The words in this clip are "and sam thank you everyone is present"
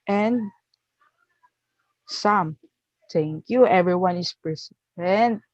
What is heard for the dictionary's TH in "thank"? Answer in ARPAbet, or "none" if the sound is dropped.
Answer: T